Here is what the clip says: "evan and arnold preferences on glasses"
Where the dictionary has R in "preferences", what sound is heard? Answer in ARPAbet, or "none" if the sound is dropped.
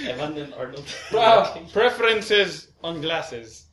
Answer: R